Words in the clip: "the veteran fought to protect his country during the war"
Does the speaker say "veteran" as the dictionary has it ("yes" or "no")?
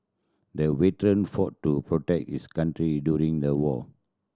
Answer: no